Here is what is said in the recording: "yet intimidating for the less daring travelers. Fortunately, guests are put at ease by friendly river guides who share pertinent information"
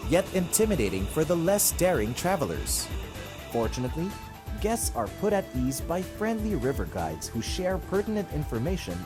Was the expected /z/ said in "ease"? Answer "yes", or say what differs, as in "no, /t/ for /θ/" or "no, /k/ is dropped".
yes